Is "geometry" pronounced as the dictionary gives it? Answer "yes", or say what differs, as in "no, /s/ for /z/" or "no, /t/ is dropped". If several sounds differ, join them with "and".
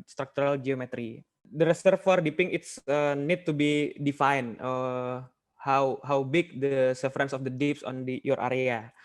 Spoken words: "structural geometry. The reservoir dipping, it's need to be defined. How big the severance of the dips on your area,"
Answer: yes